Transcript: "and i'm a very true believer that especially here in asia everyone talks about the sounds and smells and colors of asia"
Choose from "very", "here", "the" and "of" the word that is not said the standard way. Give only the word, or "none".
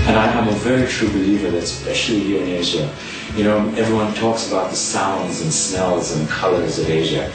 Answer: none